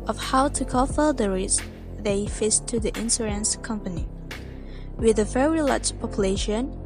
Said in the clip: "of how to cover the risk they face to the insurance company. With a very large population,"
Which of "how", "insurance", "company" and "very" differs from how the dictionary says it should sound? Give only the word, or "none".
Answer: insurance